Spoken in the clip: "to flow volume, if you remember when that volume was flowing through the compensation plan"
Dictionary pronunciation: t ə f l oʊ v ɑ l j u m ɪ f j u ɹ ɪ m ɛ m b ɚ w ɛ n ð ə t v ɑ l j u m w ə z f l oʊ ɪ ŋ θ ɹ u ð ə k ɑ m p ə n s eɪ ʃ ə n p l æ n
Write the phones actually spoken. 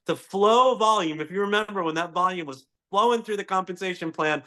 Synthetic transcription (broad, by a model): t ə f l oʊ v ɑ l j u m ɪ f j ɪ ɹ ɪ m ɛ m b ɚ w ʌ n ð ə t v ɑ l j u m w ə z f l oʊ ɪ ŋ θ ɹ u ð ə k ɑ m p ə n s eɪ ʃ ə n p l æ n